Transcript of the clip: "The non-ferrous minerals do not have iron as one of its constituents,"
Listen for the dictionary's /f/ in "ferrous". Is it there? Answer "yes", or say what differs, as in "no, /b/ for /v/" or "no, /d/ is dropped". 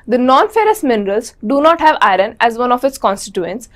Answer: yes